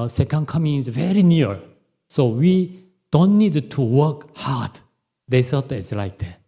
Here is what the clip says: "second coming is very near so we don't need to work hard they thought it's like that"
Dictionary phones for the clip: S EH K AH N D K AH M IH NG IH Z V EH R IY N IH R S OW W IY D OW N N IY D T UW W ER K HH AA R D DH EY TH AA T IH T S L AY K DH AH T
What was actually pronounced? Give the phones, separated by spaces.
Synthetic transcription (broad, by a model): S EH K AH N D K AH M IH NG IH Z V EH R IY N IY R S OW W IY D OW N N IY D T UW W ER K HH AA R D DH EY S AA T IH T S L AY K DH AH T